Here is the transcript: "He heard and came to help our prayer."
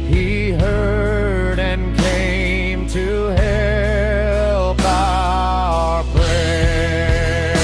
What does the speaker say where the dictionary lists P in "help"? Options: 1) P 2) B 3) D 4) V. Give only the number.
2